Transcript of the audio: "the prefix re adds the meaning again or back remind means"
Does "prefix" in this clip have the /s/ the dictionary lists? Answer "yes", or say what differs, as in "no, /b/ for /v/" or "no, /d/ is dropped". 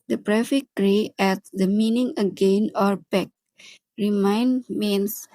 no, /s/ is dropped